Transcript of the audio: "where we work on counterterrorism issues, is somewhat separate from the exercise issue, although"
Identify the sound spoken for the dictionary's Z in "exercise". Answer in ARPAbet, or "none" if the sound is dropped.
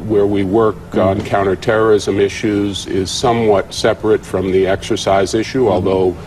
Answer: Z